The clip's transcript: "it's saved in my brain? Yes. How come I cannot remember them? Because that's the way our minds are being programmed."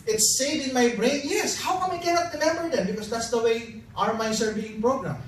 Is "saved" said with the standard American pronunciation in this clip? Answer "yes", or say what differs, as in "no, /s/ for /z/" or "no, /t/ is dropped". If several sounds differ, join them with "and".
no, /v/ is dropped